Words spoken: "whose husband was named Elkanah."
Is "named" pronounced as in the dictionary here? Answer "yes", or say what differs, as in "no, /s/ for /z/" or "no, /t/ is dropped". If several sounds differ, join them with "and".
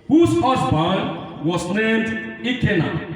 yes